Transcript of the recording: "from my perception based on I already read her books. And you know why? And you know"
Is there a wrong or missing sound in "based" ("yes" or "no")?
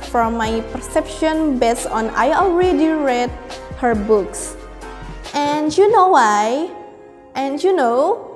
yes